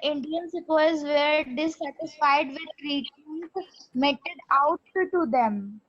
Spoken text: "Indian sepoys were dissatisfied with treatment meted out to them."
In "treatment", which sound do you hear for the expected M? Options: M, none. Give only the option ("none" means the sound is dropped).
none